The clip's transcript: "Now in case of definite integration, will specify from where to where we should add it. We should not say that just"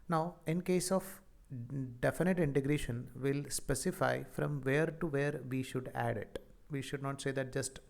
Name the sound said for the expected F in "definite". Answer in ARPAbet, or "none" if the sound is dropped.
F